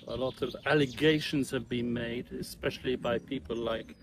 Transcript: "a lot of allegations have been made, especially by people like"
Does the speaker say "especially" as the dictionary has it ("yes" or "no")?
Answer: yes